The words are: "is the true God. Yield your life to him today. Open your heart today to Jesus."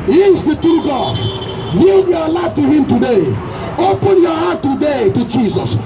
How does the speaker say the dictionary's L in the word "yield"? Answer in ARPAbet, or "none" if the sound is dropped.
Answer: none